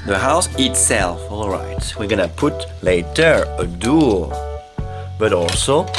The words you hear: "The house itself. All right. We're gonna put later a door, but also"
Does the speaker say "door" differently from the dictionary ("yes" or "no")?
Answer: yes